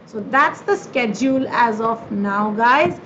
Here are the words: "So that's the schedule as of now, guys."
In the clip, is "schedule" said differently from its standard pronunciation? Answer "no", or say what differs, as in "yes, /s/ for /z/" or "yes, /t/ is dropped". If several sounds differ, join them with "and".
no